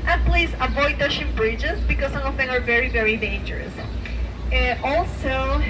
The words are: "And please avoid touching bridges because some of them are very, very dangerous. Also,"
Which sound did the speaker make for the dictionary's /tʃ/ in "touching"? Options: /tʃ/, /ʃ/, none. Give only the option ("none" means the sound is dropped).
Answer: /ʃ/